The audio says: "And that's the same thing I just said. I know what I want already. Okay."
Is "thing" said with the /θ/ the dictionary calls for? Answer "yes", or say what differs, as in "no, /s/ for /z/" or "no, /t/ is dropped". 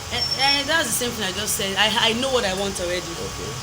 yes